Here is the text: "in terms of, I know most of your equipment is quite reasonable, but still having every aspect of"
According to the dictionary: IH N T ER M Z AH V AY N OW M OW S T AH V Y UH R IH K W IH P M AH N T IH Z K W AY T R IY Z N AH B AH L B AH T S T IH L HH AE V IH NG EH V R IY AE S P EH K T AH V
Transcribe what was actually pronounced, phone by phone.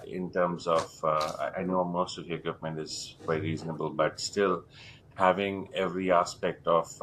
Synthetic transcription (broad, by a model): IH N T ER M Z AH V AY N OW M OW S T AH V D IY IH K W IH P M AH N T IH Z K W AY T R IY Z N AH B AH L B AH T S T IH L HH AE V IH NG EH V R IY AE S P EH K T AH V